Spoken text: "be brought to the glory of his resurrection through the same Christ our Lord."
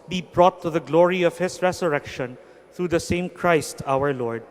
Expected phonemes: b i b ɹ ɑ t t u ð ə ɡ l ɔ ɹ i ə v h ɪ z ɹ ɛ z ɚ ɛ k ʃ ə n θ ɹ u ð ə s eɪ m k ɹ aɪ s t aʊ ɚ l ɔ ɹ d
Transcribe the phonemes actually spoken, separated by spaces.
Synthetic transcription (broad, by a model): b i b ɹ ɑ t t u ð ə ɡ l ɔ ɹ i ə v h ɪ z ɹ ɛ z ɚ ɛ k ʃ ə n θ ɹ u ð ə s eɪ m k ɹ aɪ s t aʊ ɚ l ɔ ɹ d